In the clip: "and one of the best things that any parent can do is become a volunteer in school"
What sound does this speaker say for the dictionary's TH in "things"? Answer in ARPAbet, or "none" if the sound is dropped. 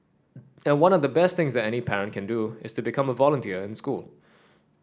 TH